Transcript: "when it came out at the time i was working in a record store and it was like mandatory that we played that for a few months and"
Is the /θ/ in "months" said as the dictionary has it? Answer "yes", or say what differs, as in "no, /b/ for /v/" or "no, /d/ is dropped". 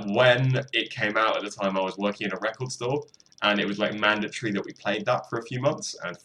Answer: yes